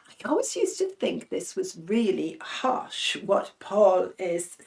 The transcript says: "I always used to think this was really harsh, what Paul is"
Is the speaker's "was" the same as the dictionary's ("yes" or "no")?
yes